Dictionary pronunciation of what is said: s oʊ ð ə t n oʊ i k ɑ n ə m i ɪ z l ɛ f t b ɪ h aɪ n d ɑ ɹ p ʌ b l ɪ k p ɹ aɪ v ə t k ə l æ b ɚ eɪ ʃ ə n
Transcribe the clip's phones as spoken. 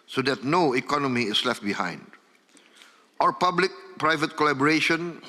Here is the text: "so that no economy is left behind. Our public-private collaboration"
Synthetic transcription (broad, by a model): s oʊ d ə t n oʊ i k ɑ n ə m i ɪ s l ɛ f t b ɪ h aɪ n d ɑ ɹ p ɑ b l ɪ k p ɹ aɪ v ə t k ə l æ b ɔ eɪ ʃ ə n